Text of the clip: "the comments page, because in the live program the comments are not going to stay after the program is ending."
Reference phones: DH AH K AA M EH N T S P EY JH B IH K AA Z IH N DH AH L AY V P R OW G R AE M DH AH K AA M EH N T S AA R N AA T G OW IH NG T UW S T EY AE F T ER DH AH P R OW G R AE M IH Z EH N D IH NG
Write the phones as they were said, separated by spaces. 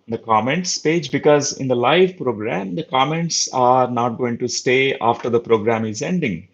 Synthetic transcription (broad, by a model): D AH K AA M EH N T S P EY JH B IH K AA Z IH N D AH L AY V P R OW G R AE M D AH K AA M EH N T S AA R N AA T G OW IH NG T UW S T EY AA F T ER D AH P R OW G R AE M IH Z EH N D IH NG